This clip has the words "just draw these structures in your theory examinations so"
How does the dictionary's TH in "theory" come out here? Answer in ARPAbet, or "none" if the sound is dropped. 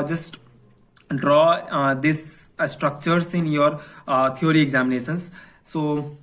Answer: T